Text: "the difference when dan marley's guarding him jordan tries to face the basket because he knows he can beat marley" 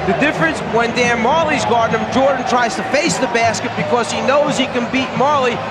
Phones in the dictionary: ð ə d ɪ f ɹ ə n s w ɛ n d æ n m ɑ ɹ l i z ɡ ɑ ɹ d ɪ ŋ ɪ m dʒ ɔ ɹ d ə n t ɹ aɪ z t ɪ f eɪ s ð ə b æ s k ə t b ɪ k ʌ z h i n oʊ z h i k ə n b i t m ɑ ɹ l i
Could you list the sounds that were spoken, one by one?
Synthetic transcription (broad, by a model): ð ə d ɪ f ɹ ə n s w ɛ n d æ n m ɑ ɹ l i z ɡ ɑ ɹ d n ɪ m dʒ ɔ ɹ d n t ɹ aɪ z t ɪ f eɪ s ð ə b æ s k ə t b ɪ k ʌ z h i n oʊ z h i k ə n b i t m ɑ ɹ l i